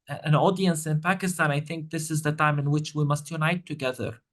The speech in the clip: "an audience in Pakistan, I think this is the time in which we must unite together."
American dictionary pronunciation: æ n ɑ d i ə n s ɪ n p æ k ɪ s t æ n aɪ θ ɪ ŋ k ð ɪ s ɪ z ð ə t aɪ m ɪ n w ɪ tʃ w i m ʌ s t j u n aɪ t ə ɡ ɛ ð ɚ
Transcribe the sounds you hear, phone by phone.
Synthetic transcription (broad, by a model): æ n ɑ d i ə n s ɪ n p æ k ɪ s t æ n aɪ θ ɪ ŋ k ð ɪ s ɪ z ð ə t aɪ m ɪ n w ɪ tʃ w i m ʌ s t j u n aɪ t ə ɡ ɛ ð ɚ